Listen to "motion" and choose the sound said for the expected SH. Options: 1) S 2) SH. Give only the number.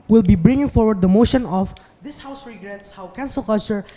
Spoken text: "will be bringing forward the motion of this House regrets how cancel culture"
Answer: 2